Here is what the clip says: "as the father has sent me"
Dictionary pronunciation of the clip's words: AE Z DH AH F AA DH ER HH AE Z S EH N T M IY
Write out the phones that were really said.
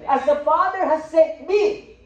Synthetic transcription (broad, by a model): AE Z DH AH F AA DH ER HH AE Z S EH T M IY